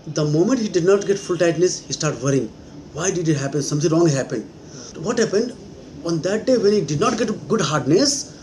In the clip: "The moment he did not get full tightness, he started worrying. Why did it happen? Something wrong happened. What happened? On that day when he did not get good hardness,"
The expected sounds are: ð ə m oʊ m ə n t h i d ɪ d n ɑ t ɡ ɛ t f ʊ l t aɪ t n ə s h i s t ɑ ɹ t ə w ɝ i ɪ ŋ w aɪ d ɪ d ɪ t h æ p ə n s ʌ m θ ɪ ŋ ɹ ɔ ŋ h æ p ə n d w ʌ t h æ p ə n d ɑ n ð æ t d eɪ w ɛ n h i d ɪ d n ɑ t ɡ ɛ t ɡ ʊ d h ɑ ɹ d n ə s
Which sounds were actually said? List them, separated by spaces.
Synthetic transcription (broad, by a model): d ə m oʊ m ə n t h i d ɪ d n ɑ t ɡ ɛ t f ʊ l t aɪ t n ə s h i s t ɑ ɹ t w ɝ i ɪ ŋ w aɪ d ɪ d ɪ t h æ p ə n s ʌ m t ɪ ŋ ɹ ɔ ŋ h æ p ə n d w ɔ t h æ p ə n d ɑ n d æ t d eɪ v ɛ n h i d ɪ d n ɑ t ɡ ɛ t ɡ ʊ d h ɑ ɹ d n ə s